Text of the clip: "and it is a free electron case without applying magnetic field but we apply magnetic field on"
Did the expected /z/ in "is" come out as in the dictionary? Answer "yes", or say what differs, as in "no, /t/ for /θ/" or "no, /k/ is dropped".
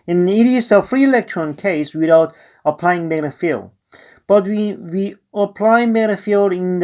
no, /s/ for /z/